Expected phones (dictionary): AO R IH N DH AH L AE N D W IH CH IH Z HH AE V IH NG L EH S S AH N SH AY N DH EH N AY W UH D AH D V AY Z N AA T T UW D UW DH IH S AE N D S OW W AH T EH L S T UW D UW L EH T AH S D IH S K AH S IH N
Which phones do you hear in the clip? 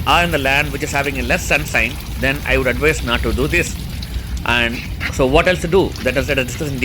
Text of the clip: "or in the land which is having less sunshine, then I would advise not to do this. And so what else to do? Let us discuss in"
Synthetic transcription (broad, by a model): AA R IH N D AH L AE N D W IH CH IH Z HH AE V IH NG L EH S S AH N S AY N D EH N AY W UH D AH D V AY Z N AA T T UW D UW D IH S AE N D S OW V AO T EH L S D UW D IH L EH T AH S D IH S K AH S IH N